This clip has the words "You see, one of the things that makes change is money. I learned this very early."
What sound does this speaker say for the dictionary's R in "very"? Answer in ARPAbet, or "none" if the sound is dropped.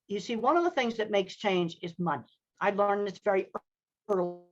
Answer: R